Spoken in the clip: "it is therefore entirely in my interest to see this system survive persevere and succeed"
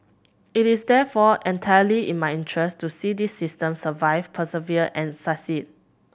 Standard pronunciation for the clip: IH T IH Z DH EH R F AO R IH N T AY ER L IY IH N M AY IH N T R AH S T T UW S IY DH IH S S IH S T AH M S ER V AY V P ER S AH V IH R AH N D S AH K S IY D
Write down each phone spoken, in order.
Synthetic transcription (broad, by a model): IH T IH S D EH F AO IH N T AY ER L IY IH N M AY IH N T R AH S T T UW S IY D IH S S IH S T AH M S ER V AY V P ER S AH V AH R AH N S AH S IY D